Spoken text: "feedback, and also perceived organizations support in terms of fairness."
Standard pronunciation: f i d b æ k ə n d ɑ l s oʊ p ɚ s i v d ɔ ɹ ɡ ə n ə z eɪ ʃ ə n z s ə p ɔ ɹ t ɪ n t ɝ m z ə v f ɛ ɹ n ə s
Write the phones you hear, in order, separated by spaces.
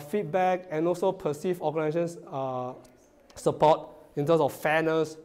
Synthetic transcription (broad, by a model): f i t b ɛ k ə n ɑ l s oʊ p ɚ s i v ɔ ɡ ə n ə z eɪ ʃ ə n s s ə p ɔ t ɪ n t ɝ m s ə f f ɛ n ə s